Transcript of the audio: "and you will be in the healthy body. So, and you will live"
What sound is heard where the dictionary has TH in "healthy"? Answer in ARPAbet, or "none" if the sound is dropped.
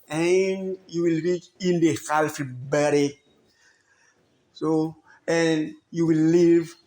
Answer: F